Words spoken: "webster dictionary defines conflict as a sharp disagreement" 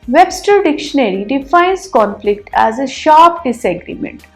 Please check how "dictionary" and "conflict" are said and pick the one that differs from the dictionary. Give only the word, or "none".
none